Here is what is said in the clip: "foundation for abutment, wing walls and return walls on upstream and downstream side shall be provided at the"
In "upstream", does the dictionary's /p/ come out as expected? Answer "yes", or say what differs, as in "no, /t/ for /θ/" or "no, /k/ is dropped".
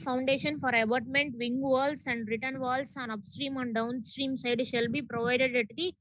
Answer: yes